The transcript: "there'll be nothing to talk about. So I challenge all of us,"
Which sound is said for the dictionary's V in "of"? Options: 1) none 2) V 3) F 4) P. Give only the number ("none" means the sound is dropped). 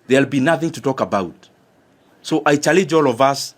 2